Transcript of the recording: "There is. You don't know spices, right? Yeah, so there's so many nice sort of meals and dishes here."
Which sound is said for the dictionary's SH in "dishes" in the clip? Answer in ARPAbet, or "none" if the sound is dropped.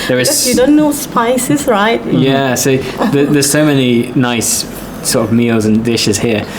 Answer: SH